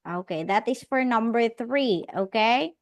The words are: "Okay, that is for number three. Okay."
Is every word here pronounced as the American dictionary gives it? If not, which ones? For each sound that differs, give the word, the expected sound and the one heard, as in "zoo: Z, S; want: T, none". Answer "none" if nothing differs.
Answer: none